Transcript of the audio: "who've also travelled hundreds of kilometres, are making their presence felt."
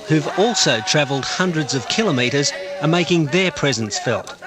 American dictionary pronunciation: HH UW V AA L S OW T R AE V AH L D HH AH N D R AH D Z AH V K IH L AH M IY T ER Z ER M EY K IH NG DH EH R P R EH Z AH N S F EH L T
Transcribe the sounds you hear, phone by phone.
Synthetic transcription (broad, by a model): HH UW V AA L S OW T R AE V AH L D HH AH N D R AH D Z AH V K IH L AH M IY T ER Z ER M EY K IH NG DH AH R P R EH Z AH N S F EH L T